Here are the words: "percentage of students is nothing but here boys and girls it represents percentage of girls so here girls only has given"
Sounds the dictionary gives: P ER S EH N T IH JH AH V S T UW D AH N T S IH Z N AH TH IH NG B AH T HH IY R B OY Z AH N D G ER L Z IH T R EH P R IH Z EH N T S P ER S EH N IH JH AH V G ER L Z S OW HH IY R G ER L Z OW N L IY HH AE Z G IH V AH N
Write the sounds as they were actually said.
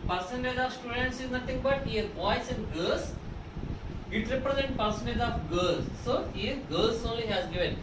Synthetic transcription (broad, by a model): P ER S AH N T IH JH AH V S T UW D AH N T S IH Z N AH T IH NG B AH T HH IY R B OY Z AH N D G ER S IH T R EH P R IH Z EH N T P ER S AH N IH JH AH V G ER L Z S OW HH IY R G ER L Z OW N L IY HH AE Z G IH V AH N